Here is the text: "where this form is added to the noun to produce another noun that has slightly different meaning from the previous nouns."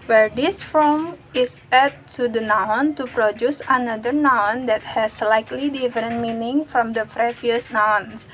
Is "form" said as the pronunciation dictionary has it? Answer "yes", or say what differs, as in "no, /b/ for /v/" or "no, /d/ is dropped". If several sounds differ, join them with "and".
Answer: no, /m/ is dropped